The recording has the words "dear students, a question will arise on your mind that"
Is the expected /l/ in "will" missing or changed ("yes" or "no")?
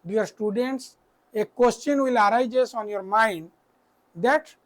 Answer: no